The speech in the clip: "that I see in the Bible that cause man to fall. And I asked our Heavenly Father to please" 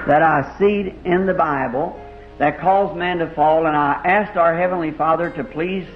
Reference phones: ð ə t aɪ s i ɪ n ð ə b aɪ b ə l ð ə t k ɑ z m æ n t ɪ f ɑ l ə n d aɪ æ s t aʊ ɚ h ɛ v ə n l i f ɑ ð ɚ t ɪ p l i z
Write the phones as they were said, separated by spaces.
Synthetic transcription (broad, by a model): ð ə t aɪ s i ɪ n ð ə b aɪ b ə l ð ə t k ɑ z m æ n t ɪ f ɑ l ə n aɪ æ s t aʊ ɚ h ɛ v ə n l i f ɑ ð ɚ t ɪ p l i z